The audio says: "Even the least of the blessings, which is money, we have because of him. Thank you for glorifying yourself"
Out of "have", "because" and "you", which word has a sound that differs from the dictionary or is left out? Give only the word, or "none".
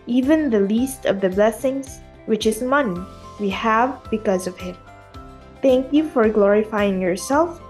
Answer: none